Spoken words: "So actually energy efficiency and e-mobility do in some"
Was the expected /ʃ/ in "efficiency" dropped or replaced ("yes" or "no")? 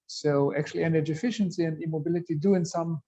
no